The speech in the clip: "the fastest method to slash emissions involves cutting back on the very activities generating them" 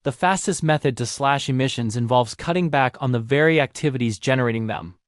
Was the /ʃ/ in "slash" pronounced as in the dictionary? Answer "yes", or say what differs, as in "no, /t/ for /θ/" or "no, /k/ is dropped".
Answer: yes